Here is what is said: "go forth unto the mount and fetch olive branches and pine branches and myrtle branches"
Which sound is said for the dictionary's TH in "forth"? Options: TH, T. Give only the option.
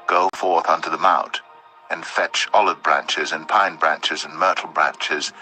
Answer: TH